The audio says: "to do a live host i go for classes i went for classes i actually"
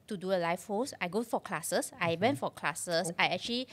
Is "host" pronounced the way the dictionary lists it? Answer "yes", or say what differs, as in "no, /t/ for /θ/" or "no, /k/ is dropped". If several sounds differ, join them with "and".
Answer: no, /t/ is dropped